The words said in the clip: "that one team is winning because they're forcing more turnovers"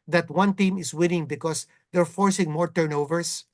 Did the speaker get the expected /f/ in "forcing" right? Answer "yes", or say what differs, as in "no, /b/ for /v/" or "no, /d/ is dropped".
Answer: yes